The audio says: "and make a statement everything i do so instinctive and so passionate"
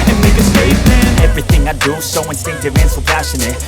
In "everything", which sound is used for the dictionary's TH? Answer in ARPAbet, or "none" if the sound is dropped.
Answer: TH